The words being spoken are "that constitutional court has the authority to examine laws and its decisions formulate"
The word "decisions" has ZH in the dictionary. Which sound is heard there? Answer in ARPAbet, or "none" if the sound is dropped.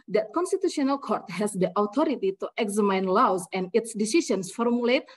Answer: S